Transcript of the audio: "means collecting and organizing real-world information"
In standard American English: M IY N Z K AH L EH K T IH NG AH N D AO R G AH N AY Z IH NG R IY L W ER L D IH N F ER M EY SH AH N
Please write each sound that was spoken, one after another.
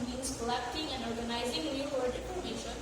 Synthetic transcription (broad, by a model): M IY N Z K AH L EH K T IH NG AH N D AO R G AH N AY Z IH NG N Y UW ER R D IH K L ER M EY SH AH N